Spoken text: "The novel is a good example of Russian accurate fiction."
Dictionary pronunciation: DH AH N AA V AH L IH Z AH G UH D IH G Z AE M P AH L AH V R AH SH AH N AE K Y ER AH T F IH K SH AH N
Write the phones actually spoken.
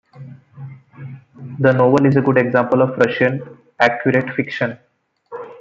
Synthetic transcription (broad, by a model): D AH N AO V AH L IH Z AH G UH D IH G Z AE M P AH L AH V R AH SH AH N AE K Y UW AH T F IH K SH AH N